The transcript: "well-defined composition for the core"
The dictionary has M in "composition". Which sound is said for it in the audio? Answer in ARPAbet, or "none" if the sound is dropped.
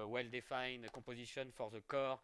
none